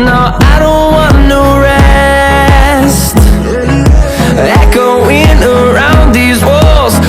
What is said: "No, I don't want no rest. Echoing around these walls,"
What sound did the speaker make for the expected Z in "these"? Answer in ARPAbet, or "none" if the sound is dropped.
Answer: Z